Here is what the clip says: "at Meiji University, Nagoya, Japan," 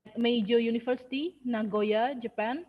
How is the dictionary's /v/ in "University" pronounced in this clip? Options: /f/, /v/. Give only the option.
/f/